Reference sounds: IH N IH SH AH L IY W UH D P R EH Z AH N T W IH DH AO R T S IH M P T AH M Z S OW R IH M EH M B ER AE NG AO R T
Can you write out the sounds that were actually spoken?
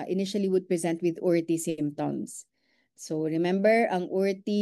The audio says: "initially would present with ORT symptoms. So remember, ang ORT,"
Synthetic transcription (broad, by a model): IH N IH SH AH L IY W UH D P R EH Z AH N T W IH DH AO R T S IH M T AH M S S OW R IH M EH M B ER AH NG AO R T